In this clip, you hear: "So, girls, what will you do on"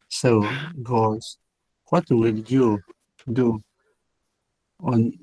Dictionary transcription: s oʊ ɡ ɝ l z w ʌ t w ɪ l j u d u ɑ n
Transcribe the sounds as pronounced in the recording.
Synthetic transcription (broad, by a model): s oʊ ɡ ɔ z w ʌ t w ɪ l j u d u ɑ n